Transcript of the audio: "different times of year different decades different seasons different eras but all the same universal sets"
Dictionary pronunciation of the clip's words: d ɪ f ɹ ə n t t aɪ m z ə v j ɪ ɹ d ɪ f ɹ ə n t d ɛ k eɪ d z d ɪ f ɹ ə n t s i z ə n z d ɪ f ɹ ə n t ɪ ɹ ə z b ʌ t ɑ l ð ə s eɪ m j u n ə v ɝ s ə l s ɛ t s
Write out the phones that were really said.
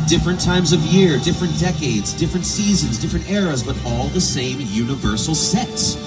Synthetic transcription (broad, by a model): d ɪ f ɹ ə n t t aɪ m z ə v j ɪ ɹ d ɪ f ɹ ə n d ɛ k eɪ d z d ɪ f ɹ ə n t s i z ə n z d ɪ f ɹ ə n t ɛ ɹ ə z b ʌ t ɑ l ð ə s eɪ m j u n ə v ɝ s l s ɛ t s